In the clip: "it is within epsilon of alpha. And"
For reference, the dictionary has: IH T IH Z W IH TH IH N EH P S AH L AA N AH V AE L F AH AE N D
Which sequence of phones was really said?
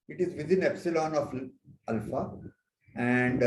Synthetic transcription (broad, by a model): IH T IH Z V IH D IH N EH P S AH L AA N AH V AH L F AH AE N D